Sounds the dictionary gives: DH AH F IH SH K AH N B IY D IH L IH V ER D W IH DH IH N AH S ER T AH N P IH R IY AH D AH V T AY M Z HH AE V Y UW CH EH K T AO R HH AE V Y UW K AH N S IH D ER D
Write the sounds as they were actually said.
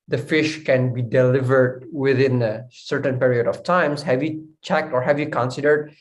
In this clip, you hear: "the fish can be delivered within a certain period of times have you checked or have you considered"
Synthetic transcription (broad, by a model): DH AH F IH SH K AH N B IY D IH L IH V ER D W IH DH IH N AH S ER T AH N P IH R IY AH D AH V T AY M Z HH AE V Y UW CH EH K T AO R HH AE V Y UW K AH N S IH D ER D